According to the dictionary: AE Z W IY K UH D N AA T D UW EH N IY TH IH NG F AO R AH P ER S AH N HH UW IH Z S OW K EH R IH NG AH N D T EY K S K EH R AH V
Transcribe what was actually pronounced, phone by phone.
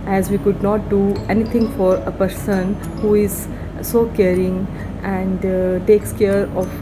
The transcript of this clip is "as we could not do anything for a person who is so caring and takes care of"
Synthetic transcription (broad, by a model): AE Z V IY K UH D N AA T D UW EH N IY T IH NG F AO R AH P ER S AH N HH UW IH Z S OW K EH R IH NG AH N D T EY K S K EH R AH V